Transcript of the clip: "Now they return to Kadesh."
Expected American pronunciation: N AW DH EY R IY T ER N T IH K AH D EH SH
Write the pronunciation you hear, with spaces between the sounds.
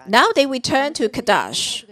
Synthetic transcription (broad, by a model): N AW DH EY W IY T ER N T IH K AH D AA SH